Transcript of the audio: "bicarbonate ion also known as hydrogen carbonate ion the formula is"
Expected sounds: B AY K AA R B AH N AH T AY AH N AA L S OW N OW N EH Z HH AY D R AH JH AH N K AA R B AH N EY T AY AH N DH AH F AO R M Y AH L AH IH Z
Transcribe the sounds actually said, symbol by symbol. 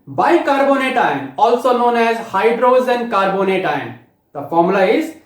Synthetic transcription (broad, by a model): B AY K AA R B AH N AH T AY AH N AA L S OW N OW N EH Z HH AY D R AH Z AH N K AA R B AH N EY T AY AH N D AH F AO R M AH L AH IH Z